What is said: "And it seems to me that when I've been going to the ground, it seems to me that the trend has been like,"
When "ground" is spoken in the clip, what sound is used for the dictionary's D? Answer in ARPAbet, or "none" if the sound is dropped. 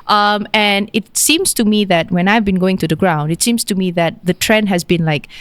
D